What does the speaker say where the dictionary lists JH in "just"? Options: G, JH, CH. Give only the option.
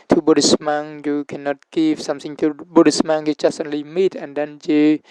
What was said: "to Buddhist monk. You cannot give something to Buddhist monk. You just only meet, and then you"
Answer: CH